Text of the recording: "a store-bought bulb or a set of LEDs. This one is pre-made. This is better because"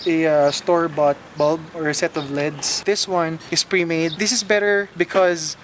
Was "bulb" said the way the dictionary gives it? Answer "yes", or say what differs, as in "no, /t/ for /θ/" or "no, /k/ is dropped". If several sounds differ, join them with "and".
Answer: yes